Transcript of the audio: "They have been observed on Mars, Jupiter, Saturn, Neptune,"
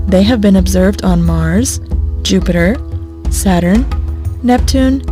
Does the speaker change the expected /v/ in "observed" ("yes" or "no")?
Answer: no